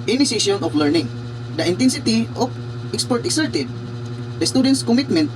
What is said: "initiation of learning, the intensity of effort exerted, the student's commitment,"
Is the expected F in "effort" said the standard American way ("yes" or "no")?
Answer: no